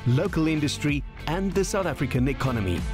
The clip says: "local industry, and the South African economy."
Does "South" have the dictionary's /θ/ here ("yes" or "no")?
yes